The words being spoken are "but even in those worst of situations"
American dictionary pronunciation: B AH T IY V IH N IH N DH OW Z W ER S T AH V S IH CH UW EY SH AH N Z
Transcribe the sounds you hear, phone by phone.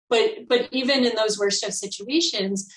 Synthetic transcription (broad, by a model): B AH T IY V IH N IH N DH OW Z W ER S T AH V S IH CH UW EY SH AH N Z